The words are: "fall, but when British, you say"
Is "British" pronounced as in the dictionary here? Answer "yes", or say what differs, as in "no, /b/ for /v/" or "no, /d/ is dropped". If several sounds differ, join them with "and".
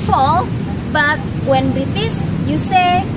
no, /s/ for /ʃ/